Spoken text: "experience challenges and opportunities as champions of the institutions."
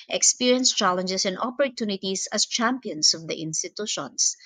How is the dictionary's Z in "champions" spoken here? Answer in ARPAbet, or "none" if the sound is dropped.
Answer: S